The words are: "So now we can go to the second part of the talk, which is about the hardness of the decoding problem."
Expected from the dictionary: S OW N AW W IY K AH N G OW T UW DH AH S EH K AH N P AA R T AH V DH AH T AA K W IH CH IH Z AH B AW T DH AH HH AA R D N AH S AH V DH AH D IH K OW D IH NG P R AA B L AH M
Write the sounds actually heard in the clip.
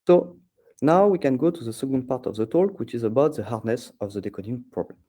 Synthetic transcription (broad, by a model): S OW N AW W IY K AH N G OW T UW DH AH S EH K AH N P AA R T AH V DH AH T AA K W IH CH IH Z AH B AW T DH AH HH AA R D N AH S AH V DH AH D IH K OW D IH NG P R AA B L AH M